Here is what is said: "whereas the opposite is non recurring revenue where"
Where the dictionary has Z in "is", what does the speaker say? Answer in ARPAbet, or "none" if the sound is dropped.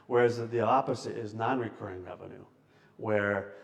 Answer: Z